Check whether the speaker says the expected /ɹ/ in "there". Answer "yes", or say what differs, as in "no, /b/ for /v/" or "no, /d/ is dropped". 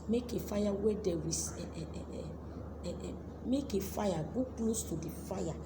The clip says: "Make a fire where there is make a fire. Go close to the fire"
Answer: no, /w/ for /ɹ/